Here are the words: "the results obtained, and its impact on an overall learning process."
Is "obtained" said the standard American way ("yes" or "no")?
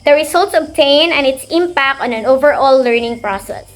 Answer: no